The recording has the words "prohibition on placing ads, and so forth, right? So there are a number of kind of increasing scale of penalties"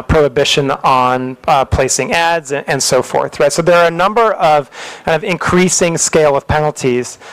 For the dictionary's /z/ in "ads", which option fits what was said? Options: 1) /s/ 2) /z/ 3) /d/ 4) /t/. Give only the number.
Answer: 2